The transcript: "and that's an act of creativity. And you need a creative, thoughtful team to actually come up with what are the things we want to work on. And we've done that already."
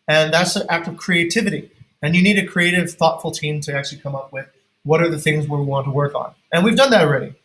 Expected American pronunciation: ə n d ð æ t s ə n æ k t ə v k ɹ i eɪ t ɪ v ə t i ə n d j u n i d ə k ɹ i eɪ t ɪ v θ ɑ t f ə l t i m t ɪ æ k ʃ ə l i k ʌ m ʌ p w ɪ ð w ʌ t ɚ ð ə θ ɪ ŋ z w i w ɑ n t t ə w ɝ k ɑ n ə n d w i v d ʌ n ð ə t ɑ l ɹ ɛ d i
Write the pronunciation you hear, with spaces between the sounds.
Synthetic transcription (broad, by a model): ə n ð æ t s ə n æ k t ə v k ɹ i eɪ t ɪ v ə t i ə n j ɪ n i d ə k ɹ i eɪ t ɪ v θ ɑ t f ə l t i m t ɪ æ k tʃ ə l i k ʌ m ʌ p w ɪ ð w ʌ t ɚ ð ə θ ɪ ŋ z w i w ɑ n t t ə w ɝ k n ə n w i v d ʌ n ð ə t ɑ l ɹ ɛ d i